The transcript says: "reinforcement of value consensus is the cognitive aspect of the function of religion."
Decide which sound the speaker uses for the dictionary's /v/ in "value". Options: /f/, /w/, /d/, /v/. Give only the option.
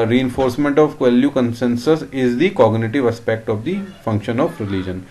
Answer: /w/